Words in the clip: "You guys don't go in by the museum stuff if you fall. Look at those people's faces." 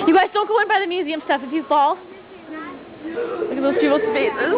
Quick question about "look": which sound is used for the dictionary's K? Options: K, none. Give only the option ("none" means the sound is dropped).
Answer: none